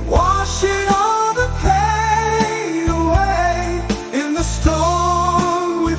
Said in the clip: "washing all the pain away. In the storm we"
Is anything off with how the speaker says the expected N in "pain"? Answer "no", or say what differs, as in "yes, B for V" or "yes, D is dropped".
yes, N is dropped